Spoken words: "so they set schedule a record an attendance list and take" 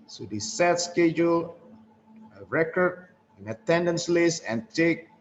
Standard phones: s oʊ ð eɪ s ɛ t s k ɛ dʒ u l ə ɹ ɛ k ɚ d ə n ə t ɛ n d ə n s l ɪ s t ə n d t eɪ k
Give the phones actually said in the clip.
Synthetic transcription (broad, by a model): s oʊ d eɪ s ɛ t s k ɛ dʒ u l ə ɹ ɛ k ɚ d ə n ə t ɛ n d ə n s l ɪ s ə n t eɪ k